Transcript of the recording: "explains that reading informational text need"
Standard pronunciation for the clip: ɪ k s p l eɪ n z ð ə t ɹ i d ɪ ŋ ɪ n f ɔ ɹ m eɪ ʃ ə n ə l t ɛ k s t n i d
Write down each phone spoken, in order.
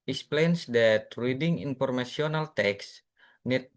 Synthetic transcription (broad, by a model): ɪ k s p l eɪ n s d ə t ɹ i d ɪ ŋ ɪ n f ɔ ɹ m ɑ s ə n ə l t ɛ k s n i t